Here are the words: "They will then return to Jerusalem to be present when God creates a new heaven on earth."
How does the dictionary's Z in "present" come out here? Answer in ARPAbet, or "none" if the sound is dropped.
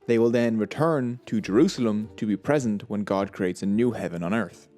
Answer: Z